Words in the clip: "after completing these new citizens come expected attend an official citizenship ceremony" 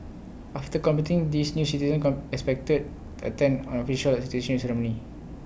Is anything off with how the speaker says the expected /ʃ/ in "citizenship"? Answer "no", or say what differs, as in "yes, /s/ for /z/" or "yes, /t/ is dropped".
yes, /ʃ/ is dropped